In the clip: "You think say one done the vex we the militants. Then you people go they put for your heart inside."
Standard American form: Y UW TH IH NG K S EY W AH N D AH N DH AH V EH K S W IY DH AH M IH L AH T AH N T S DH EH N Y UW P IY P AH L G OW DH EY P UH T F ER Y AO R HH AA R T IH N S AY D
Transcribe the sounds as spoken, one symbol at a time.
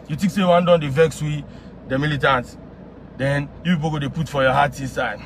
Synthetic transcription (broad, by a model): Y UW T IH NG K S EY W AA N D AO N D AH V EH K S W IY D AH M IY L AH T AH N T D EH N Y UW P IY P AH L G OW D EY P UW T F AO Y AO HH AA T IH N S AY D